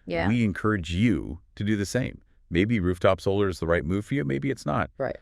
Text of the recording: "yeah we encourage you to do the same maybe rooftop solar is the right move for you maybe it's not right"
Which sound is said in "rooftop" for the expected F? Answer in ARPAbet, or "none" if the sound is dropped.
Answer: F